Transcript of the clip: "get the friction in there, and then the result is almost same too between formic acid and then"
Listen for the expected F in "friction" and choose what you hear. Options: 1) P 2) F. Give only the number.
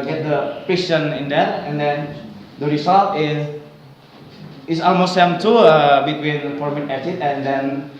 1